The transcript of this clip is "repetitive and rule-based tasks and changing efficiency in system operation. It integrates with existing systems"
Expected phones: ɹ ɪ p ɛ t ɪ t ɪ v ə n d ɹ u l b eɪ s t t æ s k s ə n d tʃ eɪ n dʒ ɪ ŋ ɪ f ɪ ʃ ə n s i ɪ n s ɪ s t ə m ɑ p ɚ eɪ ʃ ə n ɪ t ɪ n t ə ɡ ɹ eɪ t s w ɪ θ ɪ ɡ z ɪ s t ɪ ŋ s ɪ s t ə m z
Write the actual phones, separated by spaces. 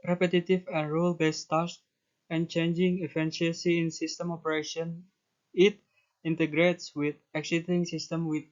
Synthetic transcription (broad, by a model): ɹ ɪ p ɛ t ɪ t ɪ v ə n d ɹ u l b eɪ s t t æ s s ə n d tʃ eɪ n dʒ ɪ ŋ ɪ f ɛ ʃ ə s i ɪ n s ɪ s t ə m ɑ p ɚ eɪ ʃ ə n ɪ t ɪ n t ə ɡ ɹ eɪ t s w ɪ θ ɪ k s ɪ t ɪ ŋ s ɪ s t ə m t